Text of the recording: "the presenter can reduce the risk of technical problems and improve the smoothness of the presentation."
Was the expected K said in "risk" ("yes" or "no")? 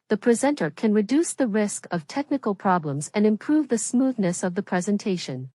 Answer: yes